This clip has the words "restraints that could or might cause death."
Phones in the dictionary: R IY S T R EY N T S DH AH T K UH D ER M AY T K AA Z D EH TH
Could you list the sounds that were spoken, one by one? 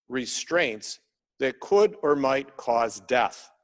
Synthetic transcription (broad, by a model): R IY S T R EY N T S DH AH T K UH D ER M AY T K AA Z D EH TH